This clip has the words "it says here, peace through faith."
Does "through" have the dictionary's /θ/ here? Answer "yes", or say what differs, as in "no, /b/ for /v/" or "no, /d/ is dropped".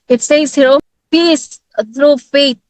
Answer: no, /t/ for /θ/